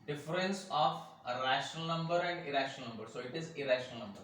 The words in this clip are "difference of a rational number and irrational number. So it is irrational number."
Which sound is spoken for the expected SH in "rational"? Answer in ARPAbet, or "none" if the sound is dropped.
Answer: SH